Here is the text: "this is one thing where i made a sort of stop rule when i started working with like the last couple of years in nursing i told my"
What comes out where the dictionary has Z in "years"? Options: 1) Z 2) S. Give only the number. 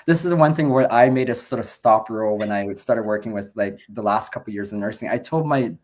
1